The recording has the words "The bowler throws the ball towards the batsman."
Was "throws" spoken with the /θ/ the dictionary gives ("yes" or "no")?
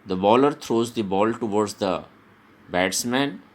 no